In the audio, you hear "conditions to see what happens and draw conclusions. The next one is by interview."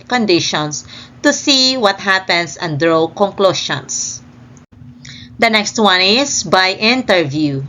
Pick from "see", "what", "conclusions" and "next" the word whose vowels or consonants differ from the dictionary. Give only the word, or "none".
conclusions